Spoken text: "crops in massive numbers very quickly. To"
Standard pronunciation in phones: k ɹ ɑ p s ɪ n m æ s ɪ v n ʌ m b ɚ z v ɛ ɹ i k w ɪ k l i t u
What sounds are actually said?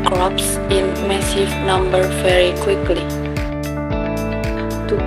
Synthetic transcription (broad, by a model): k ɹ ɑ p s ɪ n m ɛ s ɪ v n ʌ m b ɚ v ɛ ɹ i k w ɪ k l i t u